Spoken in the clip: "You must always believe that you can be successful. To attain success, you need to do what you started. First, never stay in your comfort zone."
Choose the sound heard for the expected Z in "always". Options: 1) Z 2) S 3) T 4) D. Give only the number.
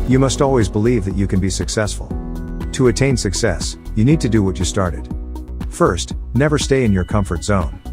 1